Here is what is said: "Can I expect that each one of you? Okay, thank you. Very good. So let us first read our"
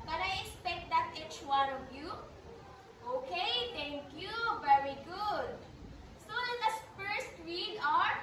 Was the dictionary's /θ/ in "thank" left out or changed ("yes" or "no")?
yes